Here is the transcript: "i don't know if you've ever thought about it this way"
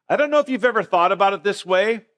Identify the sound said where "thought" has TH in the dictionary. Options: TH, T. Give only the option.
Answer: TH